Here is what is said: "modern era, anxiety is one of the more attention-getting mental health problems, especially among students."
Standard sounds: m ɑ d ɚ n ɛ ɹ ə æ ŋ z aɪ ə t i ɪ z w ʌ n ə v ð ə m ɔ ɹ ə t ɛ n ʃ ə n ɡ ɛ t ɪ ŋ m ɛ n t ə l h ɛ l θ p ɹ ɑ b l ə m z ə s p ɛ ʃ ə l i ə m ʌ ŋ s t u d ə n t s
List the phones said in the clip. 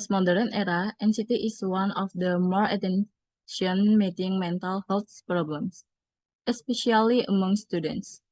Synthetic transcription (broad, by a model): m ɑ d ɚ n ɛ ɹ ə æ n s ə t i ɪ s w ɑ n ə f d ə m ɔ ɹ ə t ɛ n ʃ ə n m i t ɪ ŋ m ɛ n t ə l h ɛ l s p ɹ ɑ b l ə m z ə s p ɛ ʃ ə l i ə m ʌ ŋ s t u d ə n t s